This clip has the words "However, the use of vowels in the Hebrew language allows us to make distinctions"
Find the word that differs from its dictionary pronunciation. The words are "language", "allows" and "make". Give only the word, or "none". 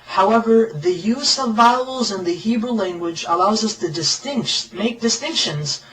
none